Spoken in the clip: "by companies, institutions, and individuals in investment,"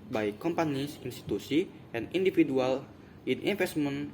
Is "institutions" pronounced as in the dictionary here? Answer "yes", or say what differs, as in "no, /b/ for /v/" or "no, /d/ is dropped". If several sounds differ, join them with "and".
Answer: no, /s/ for /ʃ/